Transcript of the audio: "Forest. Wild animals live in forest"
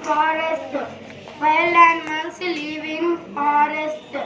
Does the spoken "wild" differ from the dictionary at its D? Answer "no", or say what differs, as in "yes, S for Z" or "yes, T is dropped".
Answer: yes, D is dropped